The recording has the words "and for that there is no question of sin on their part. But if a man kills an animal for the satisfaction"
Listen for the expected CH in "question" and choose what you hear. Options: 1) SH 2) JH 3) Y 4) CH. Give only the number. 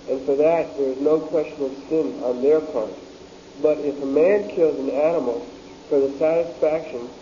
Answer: 4